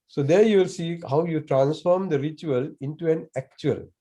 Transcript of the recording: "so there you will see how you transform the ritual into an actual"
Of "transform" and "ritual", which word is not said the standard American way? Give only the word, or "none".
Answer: none